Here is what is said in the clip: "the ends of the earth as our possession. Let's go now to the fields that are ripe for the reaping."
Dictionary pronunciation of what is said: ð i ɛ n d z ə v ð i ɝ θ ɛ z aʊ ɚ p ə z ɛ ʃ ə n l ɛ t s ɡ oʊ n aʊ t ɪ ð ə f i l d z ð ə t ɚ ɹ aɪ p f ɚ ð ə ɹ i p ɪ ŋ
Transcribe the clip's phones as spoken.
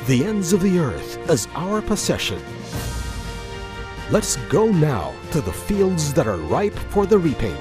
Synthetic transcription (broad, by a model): ð i ɛ n d z ə v ð i ɝ θ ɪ z aʊ ɚ p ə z ɛ ʃ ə n l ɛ t s ɡ oʊ n aʊ t ɪ ð ə f i l d z ð ə t ɚ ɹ aɪ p f ɚ ð ə ɹ i p ɪ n